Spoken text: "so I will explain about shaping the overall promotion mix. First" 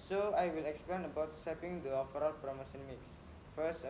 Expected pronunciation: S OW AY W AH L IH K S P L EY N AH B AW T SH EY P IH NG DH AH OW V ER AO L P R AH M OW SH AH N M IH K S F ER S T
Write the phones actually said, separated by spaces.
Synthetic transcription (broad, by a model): S OW AY W AH L IH K S P L EY N AH B AW T S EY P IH NG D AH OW F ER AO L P R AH M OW S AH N M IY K S F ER S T